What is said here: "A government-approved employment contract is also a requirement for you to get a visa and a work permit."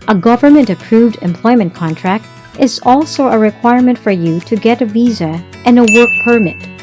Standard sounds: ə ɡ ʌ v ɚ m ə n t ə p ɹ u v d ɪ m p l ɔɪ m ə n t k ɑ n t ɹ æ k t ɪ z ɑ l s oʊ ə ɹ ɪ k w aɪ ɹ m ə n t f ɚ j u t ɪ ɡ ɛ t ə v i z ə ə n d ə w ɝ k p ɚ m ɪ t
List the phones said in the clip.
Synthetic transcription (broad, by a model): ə ɡ ʌ v ɚ m ə n t ə p ɹ u v d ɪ m p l ɔɪ m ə n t k ɑ n t ɹ æ k t ɪ z ɑ l s oʊ ə ɹ ɪ k w aɪ ɹ m ə n t f ɚ j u t ɪ ɡ ɛ t ə v i z ə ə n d ə w ɝ k p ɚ m ɪ t